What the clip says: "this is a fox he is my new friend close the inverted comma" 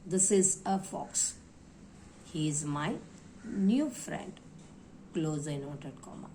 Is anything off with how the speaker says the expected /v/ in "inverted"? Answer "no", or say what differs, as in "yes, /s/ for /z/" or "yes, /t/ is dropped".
yes, /v/ is dropped